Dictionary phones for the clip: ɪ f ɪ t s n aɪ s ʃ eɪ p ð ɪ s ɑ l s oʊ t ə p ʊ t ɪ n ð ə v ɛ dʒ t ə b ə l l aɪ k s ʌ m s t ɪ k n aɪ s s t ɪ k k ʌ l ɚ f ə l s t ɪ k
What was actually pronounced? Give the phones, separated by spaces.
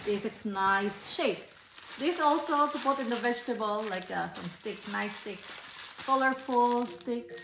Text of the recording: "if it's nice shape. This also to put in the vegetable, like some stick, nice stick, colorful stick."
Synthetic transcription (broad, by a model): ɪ f ɪ t s n aɪ s ʃ eɪ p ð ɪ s ɑ l s oʊ s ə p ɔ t ɪ n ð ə v ɛ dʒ t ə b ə l l aɪ k s ʌ m s t ɪ k n aɪ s s t ɪ k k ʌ l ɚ f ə l s t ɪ k